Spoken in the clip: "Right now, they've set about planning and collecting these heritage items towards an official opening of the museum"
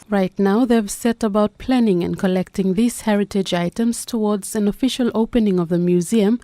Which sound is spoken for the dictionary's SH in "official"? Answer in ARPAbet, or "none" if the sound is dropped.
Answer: SH